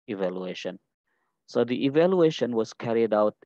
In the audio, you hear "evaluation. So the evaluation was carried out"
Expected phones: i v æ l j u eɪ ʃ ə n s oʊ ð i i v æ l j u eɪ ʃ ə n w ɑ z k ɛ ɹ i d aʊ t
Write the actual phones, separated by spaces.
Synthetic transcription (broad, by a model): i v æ l j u eɪ ʃ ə n s oʊ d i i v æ l j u eɪ ʃ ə n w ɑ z k ɛ ɹ i d aʊ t